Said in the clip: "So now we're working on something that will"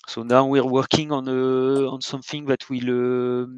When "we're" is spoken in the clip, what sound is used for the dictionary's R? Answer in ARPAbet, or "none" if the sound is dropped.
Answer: R